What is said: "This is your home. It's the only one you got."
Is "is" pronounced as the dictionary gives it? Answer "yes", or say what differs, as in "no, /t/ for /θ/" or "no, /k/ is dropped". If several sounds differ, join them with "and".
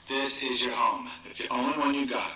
yes